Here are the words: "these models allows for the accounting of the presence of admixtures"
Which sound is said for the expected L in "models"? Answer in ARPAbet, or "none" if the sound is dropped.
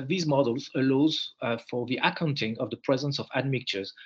L